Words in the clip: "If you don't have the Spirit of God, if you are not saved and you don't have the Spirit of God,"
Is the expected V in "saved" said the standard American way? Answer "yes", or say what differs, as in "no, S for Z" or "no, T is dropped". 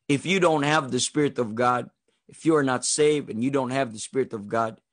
yes